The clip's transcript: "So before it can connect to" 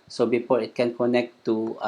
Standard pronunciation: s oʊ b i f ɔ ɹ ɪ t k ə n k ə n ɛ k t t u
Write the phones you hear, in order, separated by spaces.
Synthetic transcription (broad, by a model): s oʊ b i p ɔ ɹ ɪ t k ə n k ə n ɛ k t t u